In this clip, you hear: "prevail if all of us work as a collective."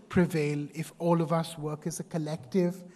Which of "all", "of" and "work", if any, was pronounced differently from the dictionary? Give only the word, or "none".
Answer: none